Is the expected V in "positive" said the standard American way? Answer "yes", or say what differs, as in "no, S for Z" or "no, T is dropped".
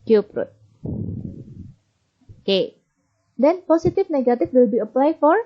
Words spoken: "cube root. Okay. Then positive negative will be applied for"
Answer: no, F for V